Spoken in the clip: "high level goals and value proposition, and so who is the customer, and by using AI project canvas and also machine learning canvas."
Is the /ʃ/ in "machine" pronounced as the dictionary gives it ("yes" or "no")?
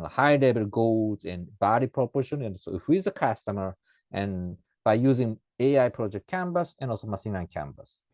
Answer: no